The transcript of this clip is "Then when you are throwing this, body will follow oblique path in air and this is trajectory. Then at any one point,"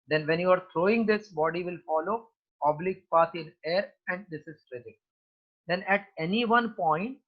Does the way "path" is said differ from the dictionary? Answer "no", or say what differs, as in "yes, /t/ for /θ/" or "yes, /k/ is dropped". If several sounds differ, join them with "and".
yes, /s/ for /θ/